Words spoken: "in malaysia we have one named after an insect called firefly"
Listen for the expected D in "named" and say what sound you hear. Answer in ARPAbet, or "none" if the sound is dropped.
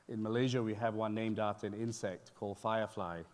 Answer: D